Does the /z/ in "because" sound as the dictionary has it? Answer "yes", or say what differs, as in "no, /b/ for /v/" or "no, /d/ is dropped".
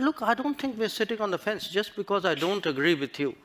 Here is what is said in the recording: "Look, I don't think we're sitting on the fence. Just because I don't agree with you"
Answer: yes